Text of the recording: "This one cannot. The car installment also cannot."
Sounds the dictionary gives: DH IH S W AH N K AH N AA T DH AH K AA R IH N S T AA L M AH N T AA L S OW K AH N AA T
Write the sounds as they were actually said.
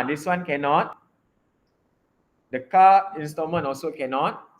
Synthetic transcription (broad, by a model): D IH S W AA N K AH N AA T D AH K AA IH N S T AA M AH N AA L S OW K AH N AA T